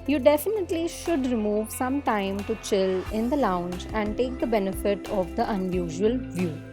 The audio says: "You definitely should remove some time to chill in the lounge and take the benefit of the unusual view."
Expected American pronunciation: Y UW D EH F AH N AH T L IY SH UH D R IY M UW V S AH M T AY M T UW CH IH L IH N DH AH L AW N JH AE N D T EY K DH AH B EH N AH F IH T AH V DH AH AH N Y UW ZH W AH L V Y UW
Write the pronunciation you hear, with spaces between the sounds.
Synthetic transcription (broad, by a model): Y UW D EH F AH N AH T L IY SH UH D R IY M UW V S AH M T AY M T UW CH IH L IH N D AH L AW N JH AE N D T EY K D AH B EH N AH F IH T AH V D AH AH N Y UW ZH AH L V Y UW